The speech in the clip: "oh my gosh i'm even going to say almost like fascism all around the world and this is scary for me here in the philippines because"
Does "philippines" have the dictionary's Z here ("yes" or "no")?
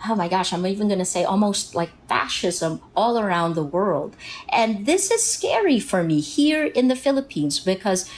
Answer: yes